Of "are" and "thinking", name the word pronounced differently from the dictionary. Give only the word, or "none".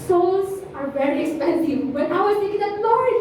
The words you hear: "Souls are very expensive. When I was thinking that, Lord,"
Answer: thinking